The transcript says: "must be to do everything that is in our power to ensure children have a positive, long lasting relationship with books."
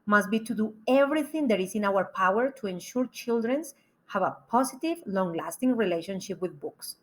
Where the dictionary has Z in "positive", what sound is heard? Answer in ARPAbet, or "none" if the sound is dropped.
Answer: S